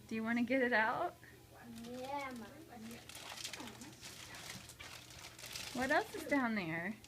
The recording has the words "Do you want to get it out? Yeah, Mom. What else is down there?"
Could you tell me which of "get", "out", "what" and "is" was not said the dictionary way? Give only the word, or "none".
is